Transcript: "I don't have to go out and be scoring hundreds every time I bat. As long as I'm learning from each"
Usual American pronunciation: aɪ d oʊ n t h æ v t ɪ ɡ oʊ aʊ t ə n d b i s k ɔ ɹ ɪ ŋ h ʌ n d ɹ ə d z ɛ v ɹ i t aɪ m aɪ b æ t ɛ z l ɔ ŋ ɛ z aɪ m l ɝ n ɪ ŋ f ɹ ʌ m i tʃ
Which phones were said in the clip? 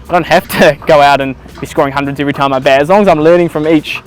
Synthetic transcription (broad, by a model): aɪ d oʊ n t h æ f t ɪ ɡ oʊ aʊ t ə n b i s k ɔ ɹ ɪ ŋ h ʌ n d ɹ ə d z ɛ v ɹ i t aɪ m aɪ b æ ɪ z l ɔ ŋ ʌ z aɪ m l ɝ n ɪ ŋ f ɹ ʌ m i tʃ